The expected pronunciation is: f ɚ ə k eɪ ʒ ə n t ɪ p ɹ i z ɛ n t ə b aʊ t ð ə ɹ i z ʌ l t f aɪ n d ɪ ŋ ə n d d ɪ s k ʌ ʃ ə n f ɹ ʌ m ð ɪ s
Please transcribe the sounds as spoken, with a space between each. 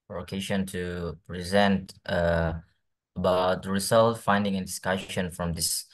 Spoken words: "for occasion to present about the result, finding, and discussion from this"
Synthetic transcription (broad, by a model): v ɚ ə k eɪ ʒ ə n t ɪ p ɹ i z ɛ n t ə b aʊ t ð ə ɹ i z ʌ l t f aɪ n d ɪ ŋ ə n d d ɪ s k ʌ ʃ ə n f ɹ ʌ m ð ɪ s